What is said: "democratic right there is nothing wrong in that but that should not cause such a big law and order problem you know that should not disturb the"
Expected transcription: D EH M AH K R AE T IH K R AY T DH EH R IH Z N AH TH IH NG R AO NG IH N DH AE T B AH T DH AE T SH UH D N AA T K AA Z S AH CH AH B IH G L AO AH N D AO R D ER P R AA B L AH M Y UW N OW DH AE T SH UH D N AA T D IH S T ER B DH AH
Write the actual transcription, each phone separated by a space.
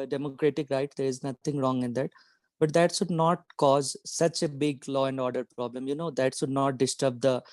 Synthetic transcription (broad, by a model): D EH M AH K R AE T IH K R AY T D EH R IH Z N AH T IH NG R AO NG IH N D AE T B AH T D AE T SH UH D N AA T K AA Z S AH CH AH B IH G L AO AH N D AO R D ER P R AA B L AH M Y UW N OW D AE T SH UH D N AA T D IH S T ER B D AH